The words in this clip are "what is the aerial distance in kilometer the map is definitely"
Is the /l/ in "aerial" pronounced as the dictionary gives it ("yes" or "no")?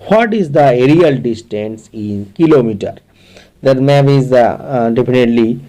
yes